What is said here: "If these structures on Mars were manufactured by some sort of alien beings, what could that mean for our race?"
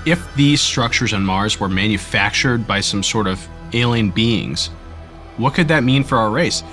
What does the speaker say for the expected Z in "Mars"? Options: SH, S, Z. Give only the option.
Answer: Z